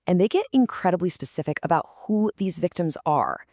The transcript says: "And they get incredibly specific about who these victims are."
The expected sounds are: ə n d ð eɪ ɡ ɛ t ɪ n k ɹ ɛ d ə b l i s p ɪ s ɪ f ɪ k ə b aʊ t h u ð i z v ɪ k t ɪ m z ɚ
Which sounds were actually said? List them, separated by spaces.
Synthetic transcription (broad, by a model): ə n ð eɪ ɡ ɛ t ɪ n k ɹ ɛ d ə b l i s p ɪ s ɪ f ɪ k ə b aʊ t h u ð i z v ɪ k t ɪ m z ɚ